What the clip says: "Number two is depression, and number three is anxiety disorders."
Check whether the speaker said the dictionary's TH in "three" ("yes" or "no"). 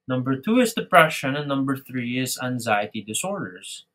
yes